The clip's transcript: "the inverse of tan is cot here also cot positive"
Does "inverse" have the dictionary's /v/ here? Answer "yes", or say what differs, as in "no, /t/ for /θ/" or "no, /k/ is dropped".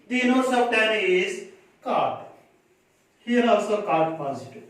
no, /v/ is dropped